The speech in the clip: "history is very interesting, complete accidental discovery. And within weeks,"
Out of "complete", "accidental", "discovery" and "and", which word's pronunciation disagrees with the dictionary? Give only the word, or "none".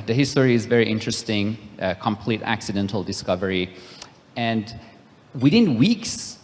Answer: none